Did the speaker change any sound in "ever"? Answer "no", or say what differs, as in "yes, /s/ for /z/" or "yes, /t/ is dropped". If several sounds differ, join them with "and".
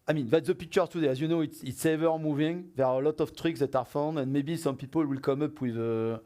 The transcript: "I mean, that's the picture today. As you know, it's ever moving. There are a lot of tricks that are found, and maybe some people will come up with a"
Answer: no